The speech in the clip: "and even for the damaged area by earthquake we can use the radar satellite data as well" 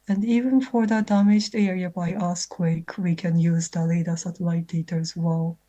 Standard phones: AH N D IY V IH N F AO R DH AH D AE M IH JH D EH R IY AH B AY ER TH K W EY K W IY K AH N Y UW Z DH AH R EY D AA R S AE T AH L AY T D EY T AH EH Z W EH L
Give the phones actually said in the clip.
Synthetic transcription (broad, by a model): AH N D IY V IH N F AO R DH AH D AE M IH JH D EH R IY AH B AY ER S K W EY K W IY K AH N Y UW Z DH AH L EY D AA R S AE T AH L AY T D EY T AH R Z W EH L